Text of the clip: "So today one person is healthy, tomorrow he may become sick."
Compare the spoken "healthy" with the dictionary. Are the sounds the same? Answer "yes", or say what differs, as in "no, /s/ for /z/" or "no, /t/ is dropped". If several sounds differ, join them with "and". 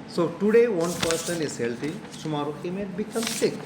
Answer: no, /t/ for /θ/